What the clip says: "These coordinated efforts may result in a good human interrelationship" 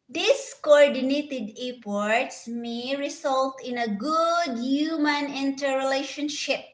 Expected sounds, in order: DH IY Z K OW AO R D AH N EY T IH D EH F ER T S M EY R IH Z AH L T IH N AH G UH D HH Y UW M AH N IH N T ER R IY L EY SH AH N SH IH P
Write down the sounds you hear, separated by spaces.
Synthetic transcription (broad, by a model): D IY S K OW AO R D AH N EY T IH D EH P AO T S M EY R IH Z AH L T IH N AH G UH D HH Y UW M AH N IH N T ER R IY L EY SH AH N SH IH P